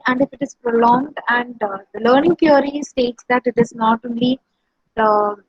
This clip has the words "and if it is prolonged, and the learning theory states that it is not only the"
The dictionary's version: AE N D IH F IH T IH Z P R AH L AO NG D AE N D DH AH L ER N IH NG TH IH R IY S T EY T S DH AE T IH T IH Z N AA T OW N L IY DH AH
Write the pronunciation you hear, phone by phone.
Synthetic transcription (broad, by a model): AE N D IH F IH T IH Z P R AH L AO NG D AE N D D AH L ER N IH NG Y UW R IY S T EY T S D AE T IH T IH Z N AA T OW N L IY